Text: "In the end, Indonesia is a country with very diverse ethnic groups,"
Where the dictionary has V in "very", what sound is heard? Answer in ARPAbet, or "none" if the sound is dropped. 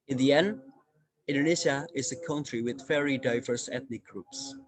F